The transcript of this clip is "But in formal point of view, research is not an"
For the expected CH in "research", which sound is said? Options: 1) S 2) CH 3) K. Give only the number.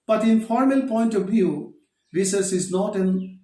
1